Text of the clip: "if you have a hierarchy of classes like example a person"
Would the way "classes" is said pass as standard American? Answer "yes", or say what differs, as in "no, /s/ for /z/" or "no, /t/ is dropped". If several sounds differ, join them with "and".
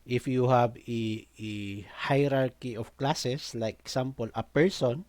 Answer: no, /s/ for /z/